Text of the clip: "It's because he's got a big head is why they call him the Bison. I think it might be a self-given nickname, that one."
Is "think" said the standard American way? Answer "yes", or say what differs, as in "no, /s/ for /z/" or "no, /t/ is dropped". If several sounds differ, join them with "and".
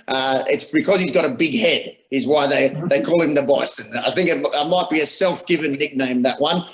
yes